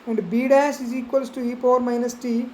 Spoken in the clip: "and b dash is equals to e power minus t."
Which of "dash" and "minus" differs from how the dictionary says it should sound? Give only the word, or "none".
dash